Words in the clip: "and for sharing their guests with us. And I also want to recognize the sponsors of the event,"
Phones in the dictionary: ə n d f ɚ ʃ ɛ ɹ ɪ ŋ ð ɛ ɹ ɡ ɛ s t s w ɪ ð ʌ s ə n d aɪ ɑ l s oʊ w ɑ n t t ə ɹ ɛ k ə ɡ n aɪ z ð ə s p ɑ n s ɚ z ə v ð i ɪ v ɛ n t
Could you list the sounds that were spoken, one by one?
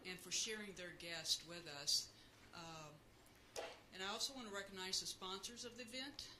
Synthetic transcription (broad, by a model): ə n f ɚ ʃ ɛ ɹ ɪ ŋ ð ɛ ɹ ɡ ɛ s t w ɪ ð ʌ s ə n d aɪ ɑ l s oʊ w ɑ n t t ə ɹ ɛ k ə ɡ n aɪ z ð ə s p ɑ n s ɚ z ə v ð i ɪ v ɛ n t